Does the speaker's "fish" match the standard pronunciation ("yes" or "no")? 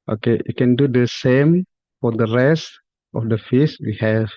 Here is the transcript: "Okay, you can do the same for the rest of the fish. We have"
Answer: no